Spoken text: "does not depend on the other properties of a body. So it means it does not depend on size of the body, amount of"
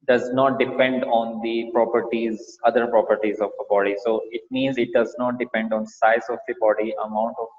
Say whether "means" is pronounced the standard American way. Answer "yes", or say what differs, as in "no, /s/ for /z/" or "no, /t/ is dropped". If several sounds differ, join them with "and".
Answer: yes